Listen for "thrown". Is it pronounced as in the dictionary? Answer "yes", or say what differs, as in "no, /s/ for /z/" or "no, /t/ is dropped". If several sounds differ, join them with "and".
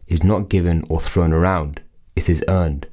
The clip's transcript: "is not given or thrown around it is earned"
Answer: yes